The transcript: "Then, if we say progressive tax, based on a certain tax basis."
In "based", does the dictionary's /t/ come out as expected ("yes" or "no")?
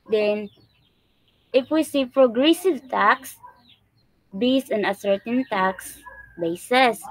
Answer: no